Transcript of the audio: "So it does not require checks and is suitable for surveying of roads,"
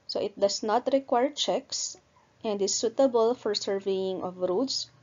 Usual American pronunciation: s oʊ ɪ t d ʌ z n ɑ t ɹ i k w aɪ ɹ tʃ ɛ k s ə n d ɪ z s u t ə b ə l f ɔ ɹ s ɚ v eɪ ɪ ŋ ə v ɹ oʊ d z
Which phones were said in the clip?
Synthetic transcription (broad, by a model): s oʊ ɪ t d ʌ s n ɑ t ɹ i k w aɪ ɹ tʃ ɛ k s ə n d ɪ s u t ə b ə l f ɔ ɹ s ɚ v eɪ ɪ ŋ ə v ɹ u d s